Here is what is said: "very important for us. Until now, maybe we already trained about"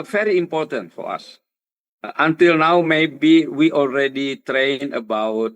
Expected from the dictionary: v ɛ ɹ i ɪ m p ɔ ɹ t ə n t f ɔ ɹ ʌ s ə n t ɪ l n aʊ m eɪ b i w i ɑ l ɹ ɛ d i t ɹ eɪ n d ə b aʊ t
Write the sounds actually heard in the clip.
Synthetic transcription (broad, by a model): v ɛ ɹ i ɪ m p ɔ ɹ t ə n t f ɔ ɹ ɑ s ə n t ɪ l n aʊ m eɪ b i w i ɑ l ɹ ɛ d i t ɹ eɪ n ə b aʊ t